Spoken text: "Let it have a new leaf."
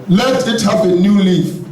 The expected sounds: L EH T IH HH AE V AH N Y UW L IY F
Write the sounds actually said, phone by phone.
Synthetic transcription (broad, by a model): L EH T IH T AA P AH N Y UW L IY